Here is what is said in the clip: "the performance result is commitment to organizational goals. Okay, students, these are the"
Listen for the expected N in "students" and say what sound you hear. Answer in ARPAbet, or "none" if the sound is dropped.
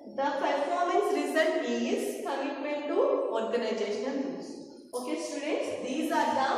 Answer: none